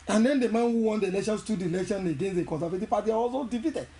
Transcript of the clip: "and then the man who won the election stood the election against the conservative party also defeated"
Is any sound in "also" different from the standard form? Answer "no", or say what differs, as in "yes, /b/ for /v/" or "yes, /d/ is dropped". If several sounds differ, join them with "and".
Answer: yes, /w/ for /l/